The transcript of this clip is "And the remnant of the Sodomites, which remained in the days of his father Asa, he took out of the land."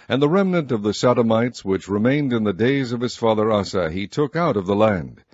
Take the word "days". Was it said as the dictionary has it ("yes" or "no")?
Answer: yes